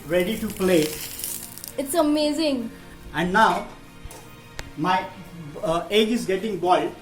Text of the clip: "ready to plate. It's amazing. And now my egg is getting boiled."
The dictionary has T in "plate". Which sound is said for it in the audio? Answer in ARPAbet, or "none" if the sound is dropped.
none